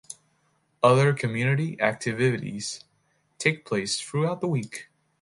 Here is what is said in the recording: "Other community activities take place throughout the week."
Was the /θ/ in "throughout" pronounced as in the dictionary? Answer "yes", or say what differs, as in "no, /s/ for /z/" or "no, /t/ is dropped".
yes